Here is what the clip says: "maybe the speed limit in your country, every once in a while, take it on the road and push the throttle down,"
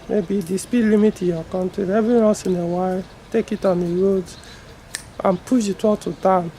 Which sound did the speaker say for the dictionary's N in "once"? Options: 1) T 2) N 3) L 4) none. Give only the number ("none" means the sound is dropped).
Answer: 4